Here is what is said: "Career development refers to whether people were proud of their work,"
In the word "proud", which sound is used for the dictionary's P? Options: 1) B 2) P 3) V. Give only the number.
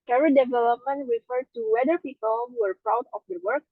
2